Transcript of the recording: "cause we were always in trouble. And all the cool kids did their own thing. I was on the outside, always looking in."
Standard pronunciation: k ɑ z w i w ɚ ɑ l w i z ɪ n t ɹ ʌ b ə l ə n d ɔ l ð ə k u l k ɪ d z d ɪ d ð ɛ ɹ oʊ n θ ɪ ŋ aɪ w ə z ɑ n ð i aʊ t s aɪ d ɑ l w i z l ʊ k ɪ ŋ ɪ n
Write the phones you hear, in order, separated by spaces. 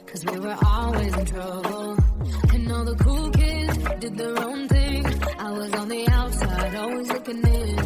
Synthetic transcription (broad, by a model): k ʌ z w i w ɚ ɑ l w i z ɪ n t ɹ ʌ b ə l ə n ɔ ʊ ð ə k u l k ɪ d z d ɪ d ð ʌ ɹ oʊ n θ ɪ ŋ aɪ w ə z n ð i aʊ t s aɪ d ɑ l w i z l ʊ k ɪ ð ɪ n